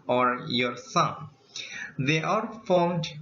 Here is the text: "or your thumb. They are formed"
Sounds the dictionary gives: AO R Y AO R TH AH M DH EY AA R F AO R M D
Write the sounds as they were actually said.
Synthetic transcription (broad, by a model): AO R Y AO R S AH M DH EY AA R F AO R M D